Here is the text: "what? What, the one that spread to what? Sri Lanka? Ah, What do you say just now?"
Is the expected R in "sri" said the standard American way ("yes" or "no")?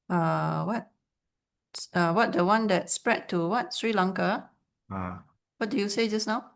yes